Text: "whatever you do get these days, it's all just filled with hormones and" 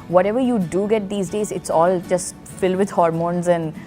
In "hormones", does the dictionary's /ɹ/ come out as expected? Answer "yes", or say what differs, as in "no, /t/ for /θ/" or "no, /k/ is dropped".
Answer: yes